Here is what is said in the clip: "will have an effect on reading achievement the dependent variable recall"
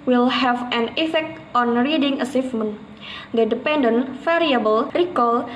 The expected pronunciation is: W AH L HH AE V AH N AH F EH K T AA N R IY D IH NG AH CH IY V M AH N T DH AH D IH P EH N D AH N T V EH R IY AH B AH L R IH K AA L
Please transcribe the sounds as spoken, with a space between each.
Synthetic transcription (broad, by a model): W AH L HH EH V AH N AH F EH K T AA N R IY D IH NG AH S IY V M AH N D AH D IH P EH N D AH N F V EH R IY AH B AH L R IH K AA L